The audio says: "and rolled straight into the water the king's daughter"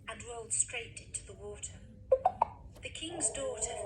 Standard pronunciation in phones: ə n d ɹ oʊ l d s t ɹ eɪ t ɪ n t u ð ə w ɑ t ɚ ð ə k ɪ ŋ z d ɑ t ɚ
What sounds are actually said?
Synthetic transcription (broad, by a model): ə n ɹ oʊ l d s t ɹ eɪ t ɪ n t u ð ə w ɑ t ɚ ð ə k ɪ ŋ z d ɑ t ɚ